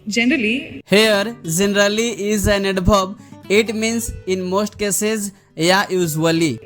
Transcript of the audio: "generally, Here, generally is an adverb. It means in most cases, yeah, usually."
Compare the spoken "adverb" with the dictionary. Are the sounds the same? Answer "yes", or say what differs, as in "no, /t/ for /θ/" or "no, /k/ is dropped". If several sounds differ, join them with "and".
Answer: no, /b/ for /v/